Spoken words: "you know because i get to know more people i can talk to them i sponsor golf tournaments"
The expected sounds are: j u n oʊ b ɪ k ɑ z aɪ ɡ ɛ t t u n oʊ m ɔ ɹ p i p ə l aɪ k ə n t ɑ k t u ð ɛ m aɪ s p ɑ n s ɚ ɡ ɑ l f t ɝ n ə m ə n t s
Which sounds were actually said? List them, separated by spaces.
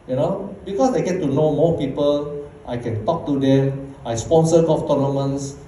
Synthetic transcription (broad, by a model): j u n oʊ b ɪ k ɑ s aɪ ɡ ɛ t t u n oʊ m ɔ p i p ə l aɪ k ə n t ɑ k t u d ɛ m aɪ s p ɑ n s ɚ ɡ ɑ f t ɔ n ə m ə n s